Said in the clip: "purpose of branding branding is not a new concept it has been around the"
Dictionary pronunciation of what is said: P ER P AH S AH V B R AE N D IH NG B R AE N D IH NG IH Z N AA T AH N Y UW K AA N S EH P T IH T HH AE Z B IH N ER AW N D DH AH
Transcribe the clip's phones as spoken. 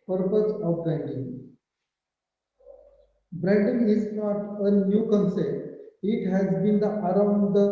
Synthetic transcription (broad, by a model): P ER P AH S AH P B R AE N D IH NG B R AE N D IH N IH Z N AA T AH N Y UW K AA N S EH T IH T HH AE Z B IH N ER AW N D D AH